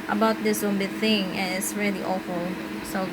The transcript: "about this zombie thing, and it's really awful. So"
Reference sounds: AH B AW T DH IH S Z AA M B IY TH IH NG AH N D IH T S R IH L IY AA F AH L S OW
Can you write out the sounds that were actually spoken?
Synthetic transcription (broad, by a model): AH B AW T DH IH S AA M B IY TH IH NG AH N IH T S R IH L IY AA F AH L S OW